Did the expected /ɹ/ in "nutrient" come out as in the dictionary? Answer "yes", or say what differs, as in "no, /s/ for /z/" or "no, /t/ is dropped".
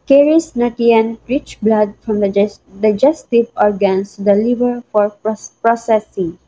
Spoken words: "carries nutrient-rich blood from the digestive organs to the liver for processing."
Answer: no, /ɹ/ is dropped